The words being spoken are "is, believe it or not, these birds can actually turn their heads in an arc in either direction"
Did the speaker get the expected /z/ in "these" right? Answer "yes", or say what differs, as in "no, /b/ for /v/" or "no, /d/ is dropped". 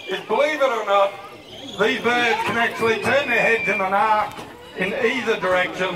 yes